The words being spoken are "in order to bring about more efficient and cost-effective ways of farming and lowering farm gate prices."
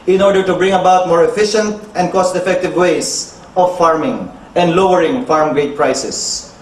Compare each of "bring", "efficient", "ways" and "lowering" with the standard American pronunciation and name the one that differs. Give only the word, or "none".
ways